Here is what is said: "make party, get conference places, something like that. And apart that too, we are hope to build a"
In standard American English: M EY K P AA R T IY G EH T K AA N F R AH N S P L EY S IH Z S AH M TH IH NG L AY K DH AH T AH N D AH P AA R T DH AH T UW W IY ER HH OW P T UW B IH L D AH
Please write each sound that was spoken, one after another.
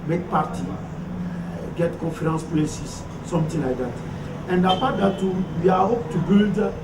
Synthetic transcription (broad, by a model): M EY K P AA R T IY G EH T K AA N F R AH N S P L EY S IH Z S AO M T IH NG L AY K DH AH T AH N D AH P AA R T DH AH T UW W IY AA HH OW P T UW B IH L D